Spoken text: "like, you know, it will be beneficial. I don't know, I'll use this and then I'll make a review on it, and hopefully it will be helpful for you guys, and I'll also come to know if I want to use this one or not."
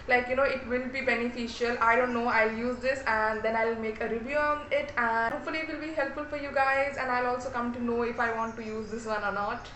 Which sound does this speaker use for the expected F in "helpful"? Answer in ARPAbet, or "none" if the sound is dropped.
F